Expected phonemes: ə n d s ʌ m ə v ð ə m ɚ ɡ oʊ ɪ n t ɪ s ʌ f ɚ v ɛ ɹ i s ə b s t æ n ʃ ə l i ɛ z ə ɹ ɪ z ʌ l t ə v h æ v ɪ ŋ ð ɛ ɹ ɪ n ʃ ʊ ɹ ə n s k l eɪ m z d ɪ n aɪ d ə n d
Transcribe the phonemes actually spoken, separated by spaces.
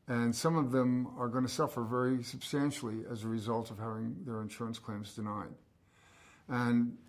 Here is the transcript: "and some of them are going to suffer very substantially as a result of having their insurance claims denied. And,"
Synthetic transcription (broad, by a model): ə n s ʌ m ə v ð ə m ɚ ɡ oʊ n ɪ s ʌ f ɚ v ɛ ɹ i s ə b s t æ n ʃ l i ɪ z ə ɹ ɪ z ʌ l t ə v h æ v ɪ ŋ ð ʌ ɹ ɪ n ʃ ʊ ɹ ə n s k l eɪ m z d ɪ n aɪ d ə n